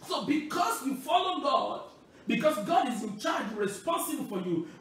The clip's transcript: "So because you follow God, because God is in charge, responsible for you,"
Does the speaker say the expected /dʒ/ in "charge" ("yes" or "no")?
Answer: yes